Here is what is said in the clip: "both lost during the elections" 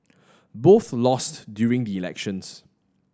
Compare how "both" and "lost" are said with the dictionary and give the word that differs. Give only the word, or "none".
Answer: none